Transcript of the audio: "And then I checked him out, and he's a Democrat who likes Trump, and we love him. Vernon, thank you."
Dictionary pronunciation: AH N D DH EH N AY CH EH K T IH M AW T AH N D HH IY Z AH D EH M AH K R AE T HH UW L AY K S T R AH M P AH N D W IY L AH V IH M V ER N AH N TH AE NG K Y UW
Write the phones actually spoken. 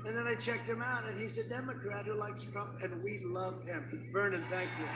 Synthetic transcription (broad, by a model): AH N DH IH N AY CH EH K T IH M AW T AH N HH IY Z AH D EH M AH K R AE T HH UW L AY K S T R AH M P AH N W IY L AH V IH M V ER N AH N TH AE NG K Y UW